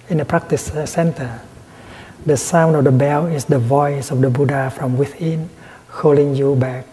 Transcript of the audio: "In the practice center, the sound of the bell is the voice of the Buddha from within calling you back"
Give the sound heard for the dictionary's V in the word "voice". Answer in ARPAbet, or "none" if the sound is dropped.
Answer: V